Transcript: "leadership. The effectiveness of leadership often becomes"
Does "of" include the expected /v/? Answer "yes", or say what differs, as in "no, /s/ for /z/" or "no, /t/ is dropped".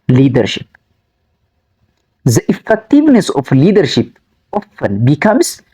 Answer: no, /f/ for /v/